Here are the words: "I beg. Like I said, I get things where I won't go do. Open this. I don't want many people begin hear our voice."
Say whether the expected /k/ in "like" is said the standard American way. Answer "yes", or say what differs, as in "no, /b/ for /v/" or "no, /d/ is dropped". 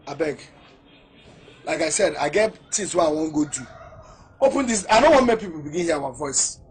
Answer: yes